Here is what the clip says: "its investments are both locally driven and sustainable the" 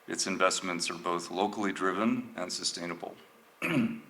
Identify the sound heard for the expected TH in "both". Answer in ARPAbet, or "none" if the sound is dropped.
TH